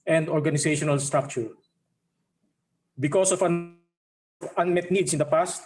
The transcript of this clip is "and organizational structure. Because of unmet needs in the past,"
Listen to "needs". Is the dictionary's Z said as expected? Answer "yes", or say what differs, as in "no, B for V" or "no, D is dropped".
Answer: no, S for Z